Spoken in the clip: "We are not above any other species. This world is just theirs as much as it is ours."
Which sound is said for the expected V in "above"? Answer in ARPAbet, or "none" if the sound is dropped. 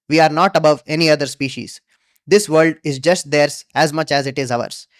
V